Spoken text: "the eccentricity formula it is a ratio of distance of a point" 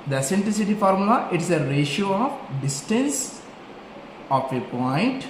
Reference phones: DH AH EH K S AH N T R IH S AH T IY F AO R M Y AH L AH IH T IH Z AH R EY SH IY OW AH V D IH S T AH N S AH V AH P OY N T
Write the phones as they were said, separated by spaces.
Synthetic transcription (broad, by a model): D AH S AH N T L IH S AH T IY F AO R M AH L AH IH T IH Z AH R EY SH IY OW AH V D IH S T AH N S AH F AH P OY N T